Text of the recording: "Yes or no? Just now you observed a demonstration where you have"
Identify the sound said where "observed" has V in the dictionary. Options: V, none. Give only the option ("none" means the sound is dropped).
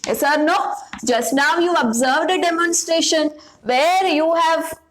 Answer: V